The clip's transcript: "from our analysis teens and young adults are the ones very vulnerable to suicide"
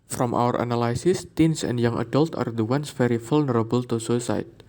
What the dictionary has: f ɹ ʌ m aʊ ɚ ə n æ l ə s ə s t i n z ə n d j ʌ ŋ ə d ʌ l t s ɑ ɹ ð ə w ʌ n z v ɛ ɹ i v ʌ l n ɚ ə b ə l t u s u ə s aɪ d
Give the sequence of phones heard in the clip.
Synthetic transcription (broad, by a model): f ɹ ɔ m aʊ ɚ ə n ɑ l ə s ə s t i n s ə n d j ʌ ŋ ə d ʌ l t ɑ ɹ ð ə w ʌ n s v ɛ ɹ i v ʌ l n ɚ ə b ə l t u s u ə s aɪ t